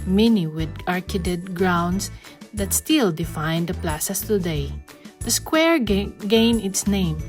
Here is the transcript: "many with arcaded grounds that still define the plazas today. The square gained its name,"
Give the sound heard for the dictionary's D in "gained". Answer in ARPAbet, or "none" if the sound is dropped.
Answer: none